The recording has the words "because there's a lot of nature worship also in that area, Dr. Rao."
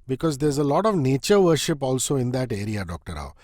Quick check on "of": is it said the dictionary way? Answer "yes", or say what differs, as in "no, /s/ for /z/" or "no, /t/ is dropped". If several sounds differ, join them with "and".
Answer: yes